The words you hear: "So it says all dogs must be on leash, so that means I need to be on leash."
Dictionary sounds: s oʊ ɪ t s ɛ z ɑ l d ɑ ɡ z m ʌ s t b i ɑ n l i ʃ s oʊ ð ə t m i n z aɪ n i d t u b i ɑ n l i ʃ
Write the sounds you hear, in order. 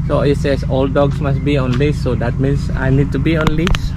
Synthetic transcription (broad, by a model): s oʊ ɪ t s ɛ s ɑ l d ɑ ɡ s m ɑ s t b i ɑ n l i s oʊ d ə t m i n s aɪ n i d t u b i ɑ n l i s